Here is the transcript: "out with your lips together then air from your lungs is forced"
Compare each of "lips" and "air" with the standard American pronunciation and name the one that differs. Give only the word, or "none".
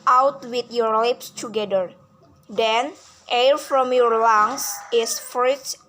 none